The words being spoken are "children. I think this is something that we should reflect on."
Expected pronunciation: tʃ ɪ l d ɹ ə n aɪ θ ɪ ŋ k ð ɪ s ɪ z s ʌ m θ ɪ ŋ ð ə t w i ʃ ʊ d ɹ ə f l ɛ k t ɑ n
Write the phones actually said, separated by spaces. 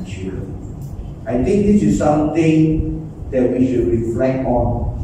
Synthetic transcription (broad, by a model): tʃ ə aɪ t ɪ ŋ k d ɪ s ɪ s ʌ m t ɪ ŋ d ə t w i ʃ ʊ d ɹ ə f l ɛ k t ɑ n